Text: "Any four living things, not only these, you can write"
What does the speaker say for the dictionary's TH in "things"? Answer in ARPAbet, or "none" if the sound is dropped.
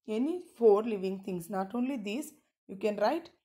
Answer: T